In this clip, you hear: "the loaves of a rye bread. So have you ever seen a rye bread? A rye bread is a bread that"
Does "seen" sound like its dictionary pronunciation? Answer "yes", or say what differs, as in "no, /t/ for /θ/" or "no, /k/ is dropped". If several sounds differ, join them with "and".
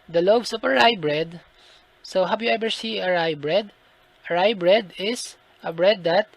no, /n/ is dropped